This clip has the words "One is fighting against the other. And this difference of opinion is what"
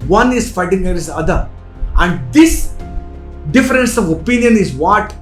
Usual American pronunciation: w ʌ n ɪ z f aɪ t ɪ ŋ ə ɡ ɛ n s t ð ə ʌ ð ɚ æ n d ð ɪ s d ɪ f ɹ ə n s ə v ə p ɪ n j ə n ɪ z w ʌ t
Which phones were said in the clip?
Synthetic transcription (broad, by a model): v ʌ n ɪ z f aɪ t ɪ ŋ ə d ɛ s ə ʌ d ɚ æ n d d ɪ s d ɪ f ɹ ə n s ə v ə p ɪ n j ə n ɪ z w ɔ t